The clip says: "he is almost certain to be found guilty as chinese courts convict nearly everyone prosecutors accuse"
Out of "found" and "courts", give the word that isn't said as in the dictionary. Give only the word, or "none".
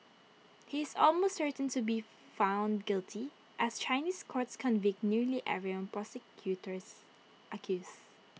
none